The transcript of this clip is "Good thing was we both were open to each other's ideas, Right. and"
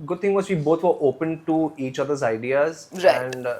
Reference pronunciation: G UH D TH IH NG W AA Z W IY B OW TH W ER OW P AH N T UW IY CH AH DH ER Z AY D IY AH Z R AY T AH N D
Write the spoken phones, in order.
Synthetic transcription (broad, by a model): G UH D T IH NG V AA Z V IY B OW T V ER OW P AH N T UW IY CH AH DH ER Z AY D IY AH Z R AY AH N D